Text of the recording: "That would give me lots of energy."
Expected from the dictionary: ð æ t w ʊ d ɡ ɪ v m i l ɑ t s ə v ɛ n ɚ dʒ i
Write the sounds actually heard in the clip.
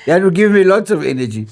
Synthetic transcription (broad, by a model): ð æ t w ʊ ɡ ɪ v m i l ɑ t s ə v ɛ n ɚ dʒ i